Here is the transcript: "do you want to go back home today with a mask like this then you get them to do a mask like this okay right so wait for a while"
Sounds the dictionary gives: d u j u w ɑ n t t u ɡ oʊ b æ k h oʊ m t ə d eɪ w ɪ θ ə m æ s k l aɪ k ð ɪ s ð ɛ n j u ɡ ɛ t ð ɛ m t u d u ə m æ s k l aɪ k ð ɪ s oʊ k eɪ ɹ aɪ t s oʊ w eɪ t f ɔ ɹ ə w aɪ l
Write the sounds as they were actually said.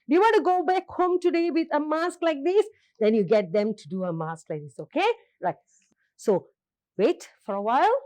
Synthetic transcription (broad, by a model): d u j u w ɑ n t t u ɡ oʊ b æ k h oʊ m t ə d eɪ w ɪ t ə m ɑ s k l aɪ k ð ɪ s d ɛ n j u ɡ ɛ t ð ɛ m t u d u ə m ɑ s k l aɪ k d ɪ s oʊ k eɪ l aɪ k s oʊ w eɪ t f ɔ ɹ ə w aɪ l